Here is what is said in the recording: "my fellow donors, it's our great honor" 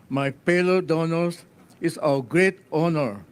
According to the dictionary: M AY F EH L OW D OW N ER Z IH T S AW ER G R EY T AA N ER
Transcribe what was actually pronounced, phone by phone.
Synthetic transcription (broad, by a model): M AY P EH L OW D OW N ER S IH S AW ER G R EY T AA N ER